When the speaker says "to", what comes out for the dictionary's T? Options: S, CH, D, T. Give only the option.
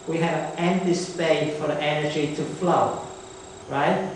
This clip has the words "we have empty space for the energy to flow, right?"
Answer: T